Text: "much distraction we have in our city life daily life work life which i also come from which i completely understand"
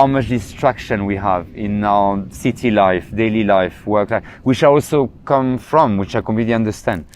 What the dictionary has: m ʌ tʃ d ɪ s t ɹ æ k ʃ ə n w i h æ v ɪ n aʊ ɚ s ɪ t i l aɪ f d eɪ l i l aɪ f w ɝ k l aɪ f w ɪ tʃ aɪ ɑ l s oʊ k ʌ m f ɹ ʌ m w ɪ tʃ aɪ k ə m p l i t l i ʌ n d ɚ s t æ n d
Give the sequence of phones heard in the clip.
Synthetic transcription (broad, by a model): m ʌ tʃ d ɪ s t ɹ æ k ʃ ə n w i h æ v ɪ n aʊ ɚ s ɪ t i l aɪ f d eɪ l i l aɪ f w ɝ k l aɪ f w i ʃ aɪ ɑ l s oʊ k ʌ m f ɹ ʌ m w ɪ tʃ aɪ k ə p i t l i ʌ n d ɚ s t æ n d